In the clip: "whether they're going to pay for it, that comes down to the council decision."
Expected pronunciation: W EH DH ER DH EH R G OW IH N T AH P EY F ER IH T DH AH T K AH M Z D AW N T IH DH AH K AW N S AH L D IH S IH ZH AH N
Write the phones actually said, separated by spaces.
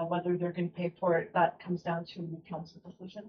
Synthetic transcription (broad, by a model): W EH DH ER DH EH R G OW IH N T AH P EY F ER IH T DH AH T K AH M Z D AW N T IH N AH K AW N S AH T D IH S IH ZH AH N